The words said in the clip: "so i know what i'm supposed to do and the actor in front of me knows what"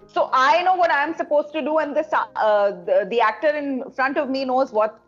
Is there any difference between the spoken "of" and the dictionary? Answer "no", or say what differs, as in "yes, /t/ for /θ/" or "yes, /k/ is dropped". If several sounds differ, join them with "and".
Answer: no